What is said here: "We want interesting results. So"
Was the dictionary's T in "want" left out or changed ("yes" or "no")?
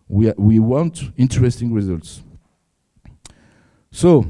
no